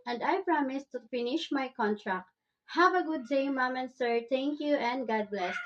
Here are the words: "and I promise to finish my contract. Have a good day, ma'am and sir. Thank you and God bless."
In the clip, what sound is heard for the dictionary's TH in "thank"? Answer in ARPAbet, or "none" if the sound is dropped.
T